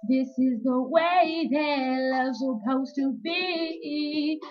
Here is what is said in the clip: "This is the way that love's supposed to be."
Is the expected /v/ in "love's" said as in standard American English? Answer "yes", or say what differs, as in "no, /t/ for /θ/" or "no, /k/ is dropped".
no, /v/ is dropped